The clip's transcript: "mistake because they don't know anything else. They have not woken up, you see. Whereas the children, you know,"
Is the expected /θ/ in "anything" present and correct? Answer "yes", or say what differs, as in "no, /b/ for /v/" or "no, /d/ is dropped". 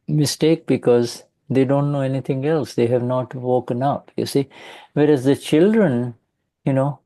no, /t/ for /θ/